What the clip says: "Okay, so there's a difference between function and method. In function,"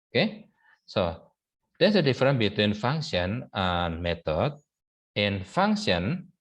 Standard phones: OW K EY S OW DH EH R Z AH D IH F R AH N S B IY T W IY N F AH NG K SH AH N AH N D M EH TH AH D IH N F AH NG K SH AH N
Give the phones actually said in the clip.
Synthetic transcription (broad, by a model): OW K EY S OW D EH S AH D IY F R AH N B IY T W IY N F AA NG K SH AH N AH N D M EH T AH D IH N F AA NG K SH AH N